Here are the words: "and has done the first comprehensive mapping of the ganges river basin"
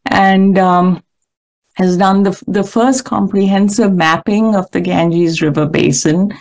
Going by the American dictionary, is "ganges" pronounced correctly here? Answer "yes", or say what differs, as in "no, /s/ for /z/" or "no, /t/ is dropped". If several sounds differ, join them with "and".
yes